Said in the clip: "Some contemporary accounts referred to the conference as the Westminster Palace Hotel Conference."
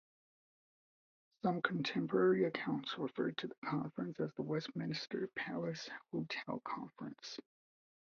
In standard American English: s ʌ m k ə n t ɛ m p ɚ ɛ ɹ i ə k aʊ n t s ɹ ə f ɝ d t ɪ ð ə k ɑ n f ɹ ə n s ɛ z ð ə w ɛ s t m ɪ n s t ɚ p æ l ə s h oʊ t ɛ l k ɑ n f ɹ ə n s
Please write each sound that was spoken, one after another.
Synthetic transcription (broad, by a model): s ʌ m k n t ɛ m p ɚ ɛ ɹ i ə k aʊ n t s ɹ ə f ɝ d t ɪ ð ə k ɑ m f ɹ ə n s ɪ z ð ə w ɛ s t m ɪ n s t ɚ p æ l ə s h oʊ t ɛ l k ɑ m f ɹ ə n s